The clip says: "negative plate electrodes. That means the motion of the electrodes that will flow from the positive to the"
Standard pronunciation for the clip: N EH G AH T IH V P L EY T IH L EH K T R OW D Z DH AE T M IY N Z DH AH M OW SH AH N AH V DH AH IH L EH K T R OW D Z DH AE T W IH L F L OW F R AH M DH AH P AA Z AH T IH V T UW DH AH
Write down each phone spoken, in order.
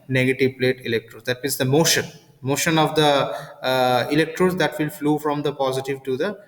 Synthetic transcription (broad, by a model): N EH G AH T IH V P L EY T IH L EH K T R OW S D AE T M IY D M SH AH M OW SH AH N AH V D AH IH L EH K T R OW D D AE T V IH L F L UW F R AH M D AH P AA Z AH T IH V T UW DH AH